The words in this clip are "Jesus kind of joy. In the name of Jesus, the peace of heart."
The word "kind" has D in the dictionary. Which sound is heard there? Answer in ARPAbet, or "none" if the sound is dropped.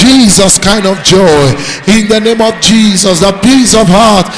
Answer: D